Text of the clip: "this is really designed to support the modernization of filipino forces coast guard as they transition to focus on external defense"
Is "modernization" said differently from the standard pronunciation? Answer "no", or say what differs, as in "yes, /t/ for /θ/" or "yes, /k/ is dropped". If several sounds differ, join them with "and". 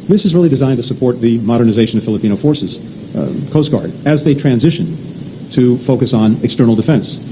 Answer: no